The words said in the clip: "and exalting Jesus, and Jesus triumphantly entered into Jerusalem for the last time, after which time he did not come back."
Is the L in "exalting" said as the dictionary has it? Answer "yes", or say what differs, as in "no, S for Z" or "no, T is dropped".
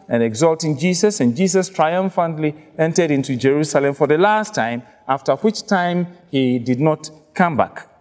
yes